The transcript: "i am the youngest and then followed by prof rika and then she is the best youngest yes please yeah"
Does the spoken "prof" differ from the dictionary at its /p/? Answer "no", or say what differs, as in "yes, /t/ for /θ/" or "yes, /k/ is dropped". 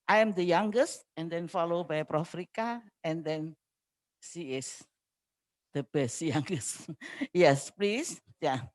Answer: no